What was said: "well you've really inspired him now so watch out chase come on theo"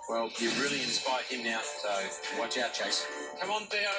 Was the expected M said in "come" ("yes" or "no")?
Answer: yes